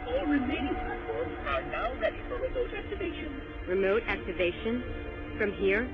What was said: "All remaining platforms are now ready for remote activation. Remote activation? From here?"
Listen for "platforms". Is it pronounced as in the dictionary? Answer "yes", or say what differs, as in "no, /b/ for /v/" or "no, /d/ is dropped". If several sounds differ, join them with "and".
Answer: no, /l/ is dropped and /m/ is dropped